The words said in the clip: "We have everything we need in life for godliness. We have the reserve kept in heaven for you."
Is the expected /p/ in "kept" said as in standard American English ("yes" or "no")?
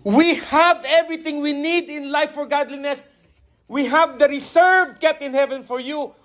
no